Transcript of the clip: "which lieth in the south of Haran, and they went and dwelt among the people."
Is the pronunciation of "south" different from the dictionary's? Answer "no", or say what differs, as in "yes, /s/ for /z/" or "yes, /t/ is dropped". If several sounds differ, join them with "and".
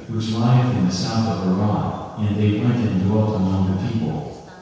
no